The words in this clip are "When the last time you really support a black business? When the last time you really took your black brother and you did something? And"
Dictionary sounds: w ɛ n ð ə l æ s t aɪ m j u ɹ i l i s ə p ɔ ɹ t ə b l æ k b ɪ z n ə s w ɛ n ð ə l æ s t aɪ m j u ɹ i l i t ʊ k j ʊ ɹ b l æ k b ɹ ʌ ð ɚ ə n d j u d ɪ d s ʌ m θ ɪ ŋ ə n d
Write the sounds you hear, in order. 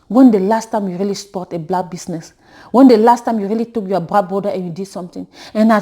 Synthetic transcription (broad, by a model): w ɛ n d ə l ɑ s t aɪ m j u ɹ i l i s p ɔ t ə b l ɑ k b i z n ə s w ɛ n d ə l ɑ s t aɪ m j u ɹ i l i t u k j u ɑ b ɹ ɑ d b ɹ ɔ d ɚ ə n j u d ɪ d s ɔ m t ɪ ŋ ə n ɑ